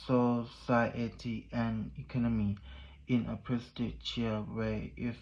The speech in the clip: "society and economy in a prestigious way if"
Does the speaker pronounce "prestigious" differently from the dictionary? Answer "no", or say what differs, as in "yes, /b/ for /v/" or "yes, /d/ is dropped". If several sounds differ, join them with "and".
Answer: yes, /tʃ/ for /dʒ/ and /s/ is dropped